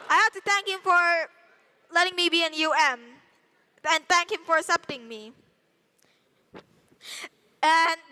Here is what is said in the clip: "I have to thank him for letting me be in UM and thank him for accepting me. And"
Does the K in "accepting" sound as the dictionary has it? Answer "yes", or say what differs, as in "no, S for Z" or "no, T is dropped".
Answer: no, K is dropped